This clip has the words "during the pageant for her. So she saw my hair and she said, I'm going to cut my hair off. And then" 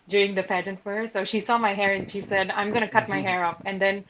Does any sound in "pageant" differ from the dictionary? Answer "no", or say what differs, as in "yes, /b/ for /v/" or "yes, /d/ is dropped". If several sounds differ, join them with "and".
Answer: no